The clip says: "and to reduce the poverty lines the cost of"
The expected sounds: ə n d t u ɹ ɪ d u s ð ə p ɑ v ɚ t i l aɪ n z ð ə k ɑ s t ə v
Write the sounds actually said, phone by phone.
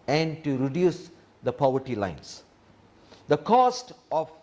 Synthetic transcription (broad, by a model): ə n d t u ɹ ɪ d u s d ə p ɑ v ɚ t i l aɪ n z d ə k ɑ s t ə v